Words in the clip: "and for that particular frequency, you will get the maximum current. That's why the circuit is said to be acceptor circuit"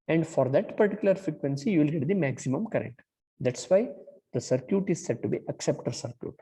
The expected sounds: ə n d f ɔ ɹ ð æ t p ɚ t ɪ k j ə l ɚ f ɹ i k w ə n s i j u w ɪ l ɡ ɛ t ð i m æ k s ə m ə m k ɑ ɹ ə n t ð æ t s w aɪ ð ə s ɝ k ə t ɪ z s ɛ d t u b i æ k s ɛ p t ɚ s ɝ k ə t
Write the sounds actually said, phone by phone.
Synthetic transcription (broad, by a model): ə n d f ɔ ɹ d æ t p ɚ t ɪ k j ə l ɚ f ɹ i k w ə n s i j u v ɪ l ɡ ɛ t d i m æ k s ə m ə m k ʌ ɹ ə n t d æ t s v aɪ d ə s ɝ k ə t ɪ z s ɛ d t u b i æ k s ɛ p t ɚ s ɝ k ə t